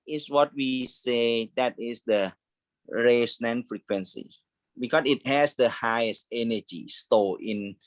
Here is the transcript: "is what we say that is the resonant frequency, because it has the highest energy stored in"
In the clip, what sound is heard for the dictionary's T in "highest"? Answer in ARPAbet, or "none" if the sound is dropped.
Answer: T